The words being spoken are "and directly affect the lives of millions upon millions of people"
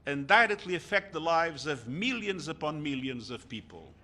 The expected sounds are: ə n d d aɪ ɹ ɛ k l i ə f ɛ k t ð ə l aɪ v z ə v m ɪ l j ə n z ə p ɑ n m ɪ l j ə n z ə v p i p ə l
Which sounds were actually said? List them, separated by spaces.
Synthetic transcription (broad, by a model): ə n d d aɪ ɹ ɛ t l i ə f ɛ k t ð ə l aɪ v z ə v m ɪ l j ə n z ə p ɑ n m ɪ l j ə n z ə v p i p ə l